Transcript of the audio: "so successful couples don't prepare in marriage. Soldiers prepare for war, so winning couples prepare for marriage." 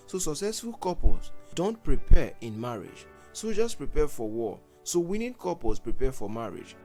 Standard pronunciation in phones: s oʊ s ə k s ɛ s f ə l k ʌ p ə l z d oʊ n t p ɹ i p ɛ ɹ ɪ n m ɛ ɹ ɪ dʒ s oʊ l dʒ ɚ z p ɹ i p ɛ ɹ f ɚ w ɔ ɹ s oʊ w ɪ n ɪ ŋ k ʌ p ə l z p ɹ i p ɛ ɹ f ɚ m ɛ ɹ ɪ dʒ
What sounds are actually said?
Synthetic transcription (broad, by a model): s oʊ s ə k s ɛ s f ə l k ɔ p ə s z d oʊ n t p ɹ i p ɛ ɪ n m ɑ ɹ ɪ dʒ s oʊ dʒ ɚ s p ɹ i p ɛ f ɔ w ɔ s oʊ w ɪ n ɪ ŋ k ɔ p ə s p ɹ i p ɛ f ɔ m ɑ ɹ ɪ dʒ